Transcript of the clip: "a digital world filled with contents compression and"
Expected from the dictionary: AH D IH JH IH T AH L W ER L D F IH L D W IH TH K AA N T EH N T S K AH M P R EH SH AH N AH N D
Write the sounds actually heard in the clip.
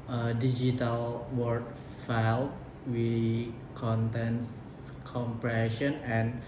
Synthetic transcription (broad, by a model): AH D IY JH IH T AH L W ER D F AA L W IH K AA N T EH N S K AH M P R EH SH AH N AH N